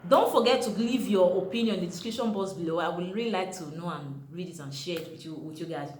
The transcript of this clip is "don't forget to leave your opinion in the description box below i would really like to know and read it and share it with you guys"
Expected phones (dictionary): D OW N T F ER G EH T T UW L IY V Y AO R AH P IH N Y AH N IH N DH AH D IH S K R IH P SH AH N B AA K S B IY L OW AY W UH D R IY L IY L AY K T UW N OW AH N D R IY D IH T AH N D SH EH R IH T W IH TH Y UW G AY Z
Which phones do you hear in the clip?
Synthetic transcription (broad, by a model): D OW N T F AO G EH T T UW L IY V Y AO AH P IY N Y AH N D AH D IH S K R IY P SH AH N B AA S B IY L OW AY W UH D R IY L IY L AY K T UW N OW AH N R IY D IH T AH N SH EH W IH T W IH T Y UW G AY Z